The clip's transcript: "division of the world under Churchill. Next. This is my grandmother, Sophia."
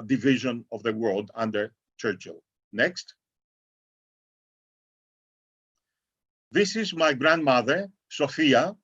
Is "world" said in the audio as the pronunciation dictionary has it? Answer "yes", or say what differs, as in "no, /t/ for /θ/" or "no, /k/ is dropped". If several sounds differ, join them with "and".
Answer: yes